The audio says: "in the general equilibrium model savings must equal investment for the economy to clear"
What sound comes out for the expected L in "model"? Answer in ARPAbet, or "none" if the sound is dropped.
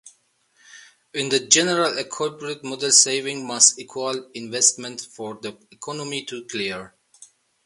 L